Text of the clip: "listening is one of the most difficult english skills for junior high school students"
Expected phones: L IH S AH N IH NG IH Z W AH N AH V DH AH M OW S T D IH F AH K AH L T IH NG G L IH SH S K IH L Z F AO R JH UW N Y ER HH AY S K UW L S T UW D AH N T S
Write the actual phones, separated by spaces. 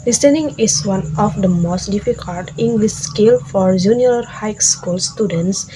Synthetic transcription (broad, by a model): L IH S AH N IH NG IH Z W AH N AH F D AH M OW S T D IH F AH K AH L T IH NG G L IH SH S K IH L F AO R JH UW N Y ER HH AY S K UW L S T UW D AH N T S